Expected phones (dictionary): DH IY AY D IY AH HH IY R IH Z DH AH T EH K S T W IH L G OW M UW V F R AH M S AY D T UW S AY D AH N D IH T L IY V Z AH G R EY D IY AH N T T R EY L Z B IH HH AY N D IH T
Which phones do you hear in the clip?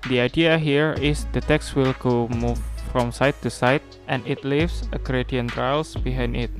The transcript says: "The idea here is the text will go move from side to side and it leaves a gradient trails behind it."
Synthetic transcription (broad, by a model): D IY AY D IY AH HH IY R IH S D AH T EH K S T W IH L G OW M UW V F R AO M S AY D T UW S AY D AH N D IH T L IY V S AH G R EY D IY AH N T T R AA L S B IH HH AY N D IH T